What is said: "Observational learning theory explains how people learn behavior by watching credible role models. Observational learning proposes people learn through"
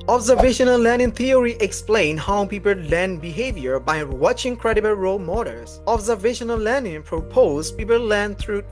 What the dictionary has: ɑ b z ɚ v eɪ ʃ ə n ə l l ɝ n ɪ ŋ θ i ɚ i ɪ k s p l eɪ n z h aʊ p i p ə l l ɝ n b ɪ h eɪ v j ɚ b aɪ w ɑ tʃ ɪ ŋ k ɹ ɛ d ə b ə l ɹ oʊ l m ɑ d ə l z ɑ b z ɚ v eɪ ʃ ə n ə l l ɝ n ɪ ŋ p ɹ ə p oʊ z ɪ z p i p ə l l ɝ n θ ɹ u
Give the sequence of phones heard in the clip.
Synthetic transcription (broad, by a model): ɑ b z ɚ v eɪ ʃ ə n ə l l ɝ n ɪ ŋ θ i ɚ i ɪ k s p l eɪ n h aʊ p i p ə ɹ l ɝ n b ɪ h eɪ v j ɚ b aɪ w ɑ tʃ ɪ ŋ k ɹ ɛ d ə b ə l ɹ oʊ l m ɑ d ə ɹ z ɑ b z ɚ v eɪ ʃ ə n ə l l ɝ n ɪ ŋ p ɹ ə p oʊ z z p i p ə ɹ l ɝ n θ ɹ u